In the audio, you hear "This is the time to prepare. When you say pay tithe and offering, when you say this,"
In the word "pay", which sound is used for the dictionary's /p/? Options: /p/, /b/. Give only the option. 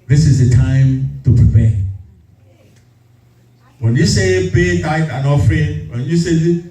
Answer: /b/